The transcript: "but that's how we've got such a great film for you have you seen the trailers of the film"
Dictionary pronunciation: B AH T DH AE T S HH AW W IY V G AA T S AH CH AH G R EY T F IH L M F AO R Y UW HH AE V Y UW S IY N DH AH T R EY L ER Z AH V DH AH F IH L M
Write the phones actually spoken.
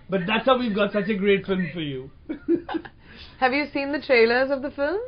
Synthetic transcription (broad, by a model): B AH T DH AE T S HH AW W IY V G AA T S AH CH AH G R EY T F IH L M F AO R Y UW HH AE V Y UW S IY N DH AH T R EY L ER Z AH V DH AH F IH L M